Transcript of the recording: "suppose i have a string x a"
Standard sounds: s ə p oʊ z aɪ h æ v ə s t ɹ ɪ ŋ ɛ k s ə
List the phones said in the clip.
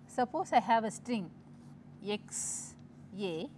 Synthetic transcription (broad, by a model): s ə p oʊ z aɪ h æ v ə s t ɹ ɪ ŋ ɛ k s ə